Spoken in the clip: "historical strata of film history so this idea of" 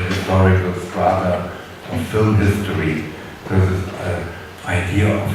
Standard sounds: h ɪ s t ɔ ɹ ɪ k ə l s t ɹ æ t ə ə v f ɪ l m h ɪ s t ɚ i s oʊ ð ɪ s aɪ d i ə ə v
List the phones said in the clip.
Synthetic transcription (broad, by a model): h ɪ s t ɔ ɹ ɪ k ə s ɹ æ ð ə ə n f ɪ l m h ɪ s t ɚ i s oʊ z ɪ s aɪ d i ə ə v